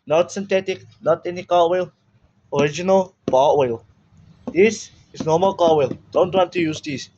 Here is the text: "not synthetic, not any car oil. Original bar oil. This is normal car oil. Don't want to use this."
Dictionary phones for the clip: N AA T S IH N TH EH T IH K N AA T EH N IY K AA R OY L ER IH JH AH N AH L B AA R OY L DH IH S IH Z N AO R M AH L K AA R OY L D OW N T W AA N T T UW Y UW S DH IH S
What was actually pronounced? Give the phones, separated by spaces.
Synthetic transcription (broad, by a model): N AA T S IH N T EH T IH K N AA T EH N IY K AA W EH L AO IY JH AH N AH L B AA W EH L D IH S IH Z N AO M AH L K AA W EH L D OW N T W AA N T T UW Y UW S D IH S